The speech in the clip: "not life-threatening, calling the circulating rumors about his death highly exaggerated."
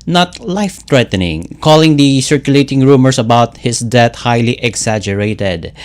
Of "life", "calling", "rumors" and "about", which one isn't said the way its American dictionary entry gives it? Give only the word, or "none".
rumors